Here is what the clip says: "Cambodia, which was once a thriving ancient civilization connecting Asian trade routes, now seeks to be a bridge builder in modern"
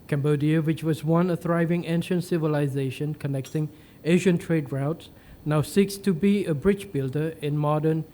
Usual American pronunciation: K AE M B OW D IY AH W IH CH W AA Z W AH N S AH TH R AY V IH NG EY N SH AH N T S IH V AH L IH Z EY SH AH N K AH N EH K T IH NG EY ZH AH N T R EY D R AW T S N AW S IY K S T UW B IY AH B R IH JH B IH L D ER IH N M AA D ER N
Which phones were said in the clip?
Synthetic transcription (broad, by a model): K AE M B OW D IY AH W IH CH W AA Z W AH N AH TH R AY V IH NG EY N SH AH N T S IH V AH L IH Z EY SH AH N K AH N EH K T IH NG EY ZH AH N T R EY D R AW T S N AW S IY K S T UW B IY AH B R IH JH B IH L D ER IH N M AA D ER N